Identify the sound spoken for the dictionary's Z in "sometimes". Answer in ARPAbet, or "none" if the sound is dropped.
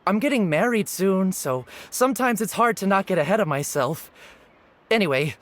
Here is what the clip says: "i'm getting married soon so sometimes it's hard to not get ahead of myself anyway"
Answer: Z